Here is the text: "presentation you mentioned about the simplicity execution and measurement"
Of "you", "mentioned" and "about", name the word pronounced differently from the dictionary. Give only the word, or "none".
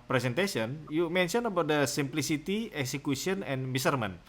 mentioned